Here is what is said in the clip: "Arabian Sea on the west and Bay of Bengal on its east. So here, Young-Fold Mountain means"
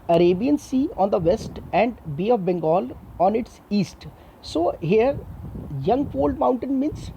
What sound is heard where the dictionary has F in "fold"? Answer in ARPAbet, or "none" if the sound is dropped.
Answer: P